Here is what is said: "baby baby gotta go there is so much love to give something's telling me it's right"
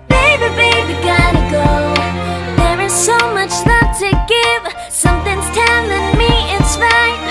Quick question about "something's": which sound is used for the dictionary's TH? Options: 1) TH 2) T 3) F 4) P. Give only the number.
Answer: 1